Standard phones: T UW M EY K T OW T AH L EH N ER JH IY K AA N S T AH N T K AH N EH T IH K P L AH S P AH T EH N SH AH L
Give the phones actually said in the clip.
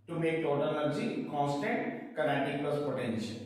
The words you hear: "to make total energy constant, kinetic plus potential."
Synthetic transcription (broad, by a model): T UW M EY K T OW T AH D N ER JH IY K AA N S T AH N T K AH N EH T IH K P AH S P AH T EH N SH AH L